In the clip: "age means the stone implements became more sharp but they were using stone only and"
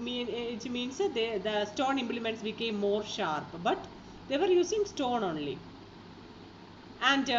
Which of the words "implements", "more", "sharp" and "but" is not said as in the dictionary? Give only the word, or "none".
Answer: none